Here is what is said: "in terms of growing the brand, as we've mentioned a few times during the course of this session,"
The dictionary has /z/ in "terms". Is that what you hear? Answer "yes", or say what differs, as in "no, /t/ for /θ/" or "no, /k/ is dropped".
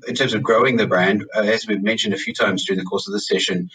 yes